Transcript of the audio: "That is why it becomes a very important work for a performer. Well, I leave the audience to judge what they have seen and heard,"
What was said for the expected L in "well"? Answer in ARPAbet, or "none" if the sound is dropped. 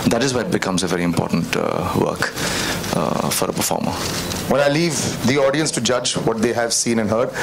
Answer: N